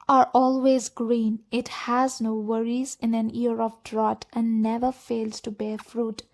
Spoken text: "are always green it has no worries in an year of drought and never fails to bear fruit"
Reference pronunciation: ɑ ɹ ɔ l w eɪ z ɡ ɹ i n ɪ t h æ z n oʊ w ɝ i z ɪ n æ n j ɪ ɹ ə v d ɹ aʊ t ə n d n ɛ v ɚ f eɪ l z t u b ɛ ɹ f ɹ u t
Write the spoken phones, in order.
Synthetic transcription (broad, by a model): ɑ ɹ ɔ l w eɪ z ɡ ɹ i n ɪ t h æ z n oʊ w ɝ i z ɪ n æ n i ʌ ɹ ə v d ɹ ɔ t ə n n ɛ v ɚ f eɪ l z t u b ɛ ɹ f ɹ u t